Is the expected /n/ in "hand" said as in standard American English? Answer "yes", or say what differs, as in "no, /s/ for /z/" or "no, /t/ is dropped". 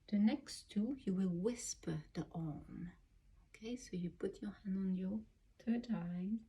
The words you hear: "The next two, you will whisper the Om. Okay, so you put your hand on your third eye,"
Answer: yes